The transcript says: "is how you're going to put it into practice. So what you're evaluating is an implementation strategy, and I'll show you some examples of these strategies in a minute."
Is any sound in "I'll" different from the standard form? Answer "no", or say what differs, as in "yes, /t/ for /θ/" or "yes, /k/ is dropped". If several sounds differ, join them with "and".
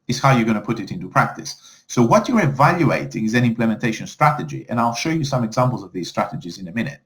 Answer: no